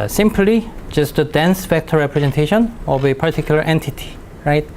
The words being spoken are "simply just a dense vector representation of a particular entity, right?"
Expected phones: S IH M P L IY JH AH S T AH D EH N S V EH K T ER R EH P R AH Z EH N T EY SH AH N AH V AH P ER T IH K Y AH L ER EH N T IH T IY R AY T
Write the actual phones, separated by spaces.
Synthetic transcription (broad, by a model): S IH M P L IY JH AH S T AH D EH N S F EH K T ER R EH P R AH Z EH N T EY SH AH N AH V AH P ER T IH K Y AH L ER EH N T IH T IY R AY T